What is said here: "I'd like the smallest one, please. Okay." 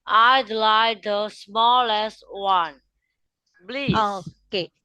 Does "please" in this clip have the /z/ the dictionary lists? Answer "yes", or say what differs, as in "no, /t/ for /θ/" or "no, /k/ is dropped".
no, /z/ is dropped